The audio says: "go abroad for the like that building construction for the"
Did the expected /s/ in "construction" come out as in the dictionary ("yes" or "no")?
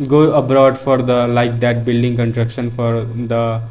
no